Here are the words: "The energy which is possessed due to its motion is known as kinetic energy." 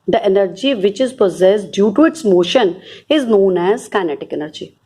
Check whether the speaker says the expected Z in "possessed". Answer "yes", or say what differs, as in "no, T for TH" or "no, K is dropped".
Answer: yes